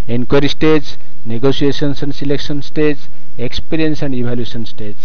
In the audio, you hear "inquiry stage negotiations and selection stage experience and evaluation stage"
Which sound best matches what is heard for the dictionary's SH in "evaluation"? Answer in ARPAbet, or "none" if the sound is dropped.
S